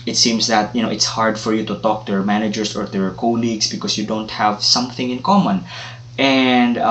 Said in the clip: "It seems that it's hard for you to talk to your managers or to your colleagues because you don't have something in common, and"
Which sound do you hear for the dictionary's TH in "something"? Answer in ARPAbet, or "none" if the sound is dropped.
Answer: TH